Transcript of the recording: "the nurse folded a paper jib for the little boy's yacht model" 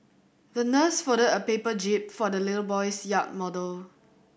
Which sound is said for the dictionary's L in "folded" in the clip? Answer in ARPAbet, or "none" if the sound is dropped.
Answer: none